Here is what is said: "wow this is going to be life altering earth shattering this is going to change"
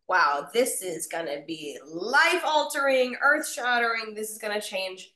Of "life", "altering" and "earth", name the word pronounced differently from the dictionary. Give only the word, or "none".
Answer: none